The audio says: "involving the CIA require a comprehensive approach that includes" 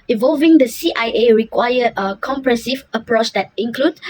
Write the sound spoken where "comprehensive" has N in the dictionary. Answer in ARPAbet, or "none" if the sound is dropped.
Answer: none